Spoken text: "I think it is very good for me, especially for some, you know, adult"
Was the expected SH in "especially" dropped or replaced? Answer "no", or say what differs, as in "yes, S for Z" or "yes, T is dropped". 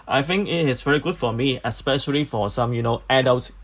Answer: no